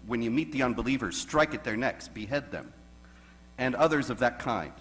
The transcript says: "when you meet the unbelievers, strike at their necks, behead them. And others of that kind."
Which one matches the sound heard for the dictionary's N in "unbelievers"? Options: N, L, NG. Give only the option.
N